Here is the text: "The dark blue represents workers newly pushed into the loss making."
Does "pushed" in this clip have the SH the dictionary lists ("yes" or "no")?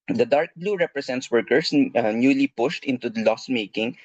yes